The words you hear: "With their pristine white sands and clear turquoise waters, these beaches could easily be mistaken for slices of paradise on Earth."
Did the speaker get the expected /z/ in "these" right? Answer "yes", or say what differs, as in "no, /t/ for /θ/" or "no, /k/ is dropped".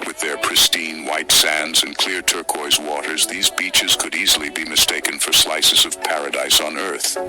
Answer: yes